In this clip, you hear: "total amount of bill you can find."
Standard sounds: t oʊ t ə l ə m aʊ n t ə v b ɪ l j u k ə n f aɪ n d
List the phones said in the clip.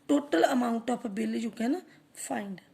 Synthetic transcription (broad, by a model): t oʊ t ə l ə m aʊ n t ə p b ɪ l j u k ə n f aɪ n d